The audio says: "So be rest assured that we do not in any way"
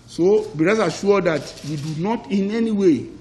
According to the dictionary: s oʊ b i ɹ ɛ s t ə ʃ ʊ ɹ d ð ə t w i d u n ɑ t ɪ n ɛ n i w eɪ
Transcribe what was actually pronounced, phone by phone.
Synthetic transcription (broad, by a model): s oʊ b i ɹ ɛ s ə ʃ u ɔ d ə t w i d u n ɑ t ɪ n ɛ n i w eɪ